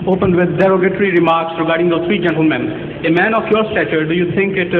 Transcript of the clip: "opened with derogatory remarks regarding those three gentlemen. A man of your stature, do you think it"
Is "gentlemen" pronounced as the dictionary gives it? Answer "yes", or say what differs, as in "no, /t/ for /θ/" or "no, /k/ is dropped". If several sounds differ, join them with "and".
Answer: yes